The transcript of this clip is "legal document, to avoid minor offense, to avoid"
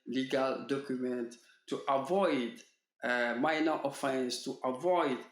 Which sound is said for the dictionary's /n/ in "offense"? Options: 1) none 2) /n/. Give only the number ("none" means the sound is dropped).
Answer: 2